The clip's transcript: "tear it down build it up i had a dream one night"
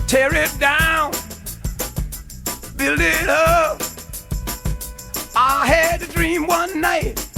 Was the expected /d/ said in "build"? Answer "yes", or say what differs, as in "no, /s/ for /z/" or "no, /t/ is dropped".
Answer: no, /d/ is dropped